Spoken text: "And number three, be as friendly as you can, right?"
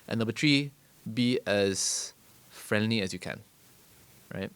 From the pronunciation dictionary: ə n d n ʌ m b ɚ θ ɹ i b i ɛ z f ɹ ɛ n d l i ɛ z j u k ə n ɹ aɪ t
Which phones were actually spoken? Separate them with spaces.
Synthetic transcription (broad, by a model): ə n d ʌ b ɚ t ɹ i b i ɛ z f ɹ ɛ n d l i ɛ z j u k ə n ɹ aɪ t